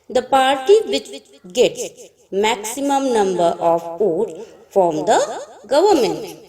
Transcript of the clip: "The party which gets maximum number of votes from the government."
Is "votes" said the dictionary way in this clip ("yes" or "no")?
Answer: no